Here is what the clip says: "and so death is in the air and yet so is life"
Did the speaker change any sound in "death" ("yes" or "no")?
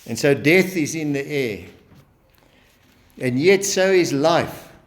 no